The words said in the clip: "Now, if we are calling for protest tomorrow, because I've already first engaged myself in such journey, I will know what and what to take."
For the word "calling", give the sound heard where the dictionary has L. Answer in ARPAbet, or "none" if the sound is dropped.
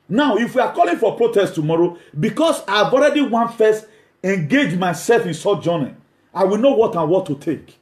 L